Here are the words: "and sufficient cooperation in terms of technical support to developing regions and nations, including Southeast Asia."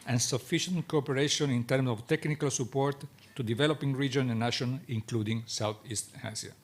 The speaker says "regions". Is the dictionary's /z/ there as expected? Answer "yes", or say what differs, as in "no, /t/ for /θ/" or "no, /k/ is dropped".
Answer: no, /z/ is dropped